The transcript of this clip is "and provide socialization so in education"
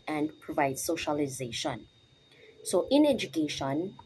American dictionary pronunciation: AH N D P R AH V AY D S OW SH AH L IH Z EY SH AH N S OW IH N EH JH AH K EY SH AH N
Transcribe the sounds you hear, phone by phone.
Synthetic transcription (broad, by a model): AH N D P R AH V AY D S OW SH AH L IH Z EY SH AH N S OW IH N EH JH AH K EY SH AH N